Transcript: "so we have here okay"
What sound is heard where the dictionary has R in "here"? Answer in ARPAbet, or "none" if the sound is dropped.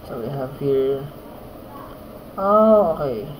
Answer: L